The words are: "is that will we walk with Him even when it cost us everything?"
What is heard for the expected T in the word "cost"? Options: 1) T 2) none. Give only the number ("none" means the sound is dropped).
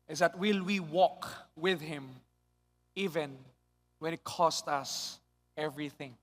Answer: 1